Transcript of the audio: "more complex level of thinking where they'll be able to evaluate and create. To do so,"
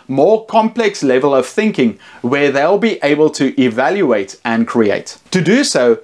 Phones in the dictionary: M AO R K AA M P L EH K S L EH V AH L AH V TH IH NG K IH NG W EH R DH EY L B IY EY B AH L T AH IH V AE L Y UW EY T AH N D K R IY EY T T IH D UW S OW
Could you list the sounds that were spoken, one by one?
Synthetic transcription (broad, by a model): M AO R K AA M P L EH K S L EH V AH L AH V TH IH NG K IH NG W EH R DH EY L B IY EY B AH L T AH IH V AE L Y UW EY T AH N K R IY EY T T IH D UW S OW